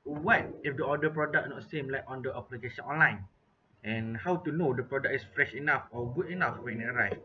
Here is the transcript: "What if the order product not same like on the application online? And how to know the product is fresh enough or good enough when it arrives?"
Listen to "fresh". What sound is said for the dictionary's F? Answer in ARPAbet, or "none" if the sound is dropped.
F